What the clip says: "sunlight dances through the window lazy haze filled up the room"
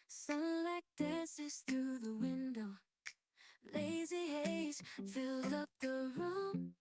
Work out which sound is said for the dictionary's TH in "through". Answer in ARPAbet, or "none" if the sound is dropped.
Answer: TH